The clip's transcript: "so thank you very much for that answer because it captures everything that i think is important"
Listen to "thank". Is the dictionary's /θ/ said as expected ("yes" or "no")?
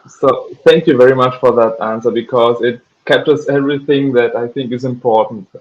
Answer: yes